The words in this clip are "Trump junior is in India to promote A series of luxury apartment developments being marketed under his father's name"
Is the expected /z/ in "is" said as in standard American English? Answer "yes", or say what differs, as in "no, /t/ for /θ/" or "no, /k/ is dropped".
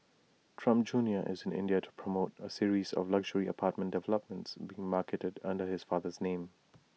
yes